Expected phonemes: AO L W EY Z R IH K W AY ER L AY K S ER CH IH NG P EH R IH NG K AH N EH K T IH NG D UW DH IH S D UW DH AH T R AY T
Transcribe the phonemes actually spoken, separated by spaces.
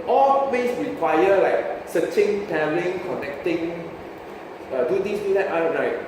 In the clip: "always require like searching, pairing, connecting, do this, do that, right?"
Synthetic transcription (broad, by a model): AO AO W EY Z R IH K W AY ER L AY K S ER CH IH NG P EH L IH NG K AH N EH K T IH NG D UW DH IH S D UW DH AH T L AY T